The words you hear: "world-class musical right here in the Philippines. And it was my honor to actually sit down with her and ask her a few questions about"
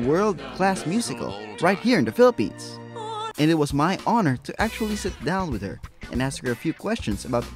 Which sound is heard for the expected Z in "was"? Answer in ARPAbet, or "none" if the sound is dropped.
Z